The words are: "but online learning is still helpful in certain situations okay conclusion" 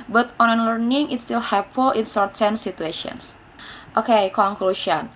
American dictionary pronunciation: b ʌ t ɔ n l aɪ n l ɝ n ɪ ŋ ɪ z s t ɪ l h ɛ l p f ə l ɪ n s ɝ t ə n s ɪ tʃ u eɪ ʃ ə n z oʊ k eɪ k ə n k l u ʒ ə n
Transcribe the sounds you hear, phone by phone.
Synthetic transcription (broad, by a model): b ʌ t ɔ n aɪ n l ɝ n ɪ ŋ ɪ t s t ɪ l h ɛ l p f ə l ɪ n s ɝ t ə n s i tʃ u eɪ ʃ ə n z oʊ k eɪ k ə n k l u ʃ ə n